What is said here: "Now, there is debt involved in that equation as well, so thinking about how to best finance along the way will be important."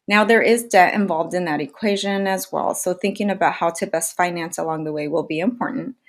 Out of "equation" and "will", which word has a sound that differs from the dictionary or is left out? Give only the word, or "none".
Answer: none